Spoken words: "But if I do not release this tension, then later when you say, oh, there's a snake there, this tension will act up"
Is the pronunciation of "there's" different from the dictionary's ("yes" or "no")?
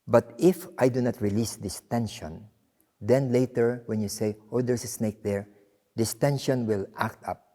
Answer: yes